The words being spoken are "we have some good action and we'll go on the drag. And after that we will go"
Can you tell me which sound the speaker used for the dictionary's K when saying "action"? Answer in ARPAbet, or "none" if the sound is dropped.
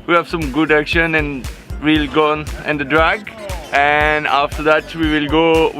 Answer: K